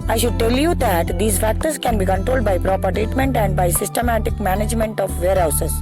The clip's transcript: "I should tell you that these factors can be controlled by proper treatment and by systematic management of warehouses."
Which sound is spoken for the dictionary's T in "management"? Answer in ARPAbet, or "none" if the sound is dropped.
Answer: T